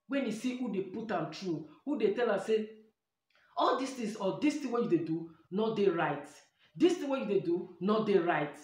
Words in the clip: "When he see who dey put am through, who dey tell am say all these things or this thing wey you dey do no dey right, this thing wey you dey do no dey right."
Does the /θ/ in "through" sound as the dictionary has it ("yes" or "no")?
no